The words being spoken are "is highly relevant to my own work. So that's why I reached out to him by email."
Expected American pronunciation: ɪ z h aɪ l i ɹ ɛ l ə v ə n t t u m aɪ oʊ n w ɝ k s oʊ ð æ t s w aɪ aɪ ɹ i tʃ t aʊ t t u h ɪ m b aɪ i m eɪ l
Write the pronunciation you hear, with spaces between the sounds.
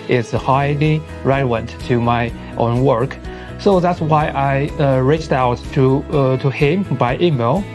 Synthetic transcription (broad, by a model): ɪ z h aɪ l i ɹ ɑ ə w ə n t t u m aɪ oʊ n w ɝ k s oʊ ð æ t s w aɪ aɪ ɹ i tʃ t aʊ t t u h ɪ m b aɪ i m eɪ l